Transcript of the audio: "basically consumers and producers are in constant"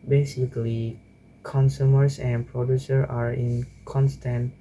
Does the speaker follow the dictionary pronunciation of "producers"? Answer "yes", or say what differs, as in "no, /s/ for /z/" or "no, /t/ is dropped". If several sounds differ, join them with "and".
no, /z/ is dropped